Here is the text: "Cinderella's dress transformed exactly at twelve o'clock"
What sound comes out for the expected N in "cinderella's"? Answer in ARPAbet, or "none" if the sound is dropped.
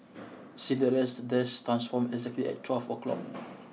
none